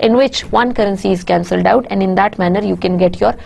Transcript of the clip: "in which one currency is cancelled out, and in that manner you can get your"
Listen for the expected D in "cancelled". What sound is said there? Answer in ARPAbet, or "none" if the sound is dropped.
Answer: D